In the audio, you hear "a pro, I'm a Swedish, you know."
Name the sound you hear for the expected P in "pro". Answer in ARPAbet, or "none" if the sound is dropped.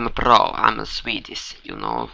B